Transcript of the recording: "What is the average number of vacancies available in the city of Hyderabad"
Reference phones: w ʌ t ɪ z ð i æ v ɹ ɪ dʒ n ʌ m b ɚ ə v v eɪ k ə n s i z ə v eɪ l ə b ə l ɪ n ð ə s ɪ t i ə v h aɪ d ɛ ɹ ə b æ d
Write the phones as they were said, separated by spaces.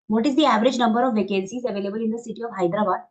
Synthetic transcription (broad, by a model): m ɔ t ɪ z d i æ v ɹ ɪ dʒ n ʌ m b ɚ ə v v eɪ k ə l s i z ə v eɪ l ə b ə l ɪ n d ə s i t i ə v h aɪ d ɹ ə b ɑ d